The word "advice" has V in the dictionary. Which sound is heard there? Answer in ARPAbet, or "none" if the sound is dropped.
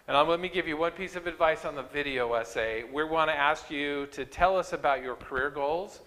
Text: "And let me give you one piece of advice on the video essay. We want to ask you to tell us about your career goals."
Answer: V